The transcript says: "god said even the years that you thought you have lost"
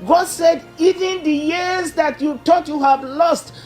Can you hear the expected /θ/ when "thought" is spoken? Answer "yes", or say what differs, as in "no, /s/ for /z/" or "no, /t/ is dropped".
no, /t/ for /θ/